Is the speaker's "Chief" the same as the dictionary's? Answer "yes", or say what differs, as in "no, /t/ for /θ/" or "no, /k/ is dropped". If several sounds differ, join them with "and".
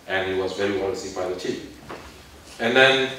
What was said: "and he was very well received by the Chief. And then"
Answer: no, /p/ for /f/